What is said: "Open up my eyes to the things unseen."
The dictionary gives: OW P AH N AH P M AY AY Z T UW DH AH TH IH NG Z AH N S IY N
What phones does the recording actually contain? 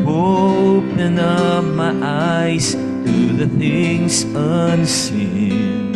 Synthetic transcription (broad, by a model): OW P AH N AH P M AY AY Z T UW DH AH TH IH NG Z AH N S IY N